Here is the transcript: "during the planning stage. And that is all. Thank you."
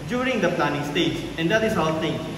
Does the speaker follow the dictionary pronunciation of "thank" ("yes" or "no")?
no